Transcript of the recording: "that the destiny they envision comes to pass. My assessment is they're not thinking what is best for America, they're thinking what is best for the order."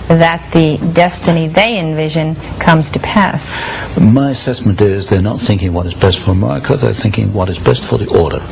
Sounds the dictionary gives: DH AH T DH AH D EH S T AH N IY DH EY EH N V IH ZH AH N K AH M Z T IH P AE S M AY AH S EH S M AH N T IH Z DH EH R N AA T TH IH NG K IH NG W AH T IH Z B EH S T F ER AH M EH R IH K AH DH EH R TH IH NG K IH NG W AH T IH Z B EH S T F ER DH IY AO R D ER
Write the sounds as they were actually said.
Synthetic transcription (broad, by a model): DH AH T DH AH D EH S T AH N IY DH EY EH N V IH ZH AH N K AH M Z T IH P AE S M AY AH S EH S M AH N T IH Z DH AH R N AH T TH IH NG K IH NG W AH T IH Z B EH S T F ER AH M EH R IH K AH DH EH R TH IH NG K IH NG W AH T IH Z B EH S T F ER DH IY AO R D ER